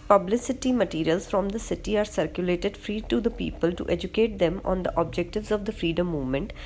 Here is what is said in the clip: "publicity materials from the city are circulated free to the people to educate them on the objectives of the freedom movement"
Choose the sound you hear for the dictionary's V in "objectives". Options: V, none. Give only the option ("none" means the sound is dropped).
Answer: V